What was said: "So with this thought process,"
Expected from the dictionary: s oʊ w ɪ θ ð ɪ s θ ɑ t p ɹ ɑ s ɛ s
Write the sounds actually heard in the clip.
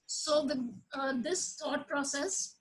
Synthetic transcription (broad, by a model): s oʊ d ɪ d ɪ s t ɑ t p ɹ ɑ s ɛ s